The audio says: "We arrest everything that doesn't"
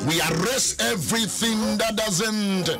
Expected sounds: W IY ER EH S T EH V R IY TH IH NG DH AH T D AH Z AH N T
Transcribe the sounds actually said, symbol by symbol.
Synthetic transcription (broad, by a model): W IY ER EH S EH V R IY TH IH NG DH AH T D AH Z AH N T